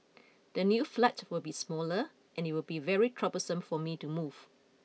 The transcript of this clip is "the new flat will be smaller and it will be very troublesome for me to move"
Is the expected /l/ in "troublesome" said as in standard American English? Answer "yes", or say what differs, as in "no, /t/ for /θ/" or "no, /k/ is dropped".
no, /l/ is dropped